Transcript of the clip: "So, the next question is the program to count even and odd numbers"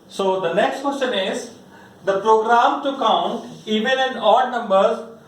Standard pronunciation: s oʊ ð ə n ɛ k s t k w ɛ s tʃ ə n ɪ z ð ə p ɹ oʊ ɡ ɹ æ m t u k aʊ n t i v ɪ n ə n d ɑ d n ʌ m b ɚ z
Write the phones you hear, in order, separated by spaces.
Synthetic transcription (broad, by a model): s oʊ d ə n ɛ k s t k w ɛ s tʃ ə n ɪ z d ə p ɹ oʊ ɡ ɹ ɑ m t u k aʊ n t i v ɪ l ə n d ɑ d n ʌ m b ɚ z